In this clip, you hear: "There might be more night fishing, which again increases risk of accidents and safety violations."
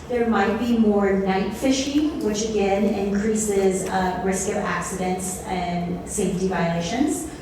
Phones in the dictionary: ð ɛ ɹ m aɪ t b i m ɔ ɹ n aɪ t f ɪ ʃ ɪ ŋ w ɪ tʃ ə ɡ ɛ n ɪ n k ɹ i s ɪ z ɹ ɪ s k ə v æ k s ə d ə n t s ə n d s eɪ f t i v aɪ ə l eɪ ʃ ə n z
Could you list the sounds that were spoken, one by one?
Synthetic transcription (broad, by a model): ð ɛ ɹ m aɪ t b i m ɔ ɹ n aɪ t f ɪ ʃ ɪ ŋ w ɪ tʃ ə ɡ ɛ n ɪ n k ɹ i s ɪ z ɹ ɪ s k ə v æ k s ə d ə n t s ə n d s eɪ f t i v aɪ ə l eɪ ʃ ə n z